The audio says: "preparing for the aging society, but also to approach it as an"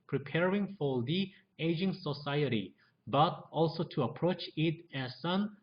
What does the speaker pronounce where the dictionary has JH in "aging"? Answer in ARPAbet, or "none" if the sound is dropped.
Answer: JH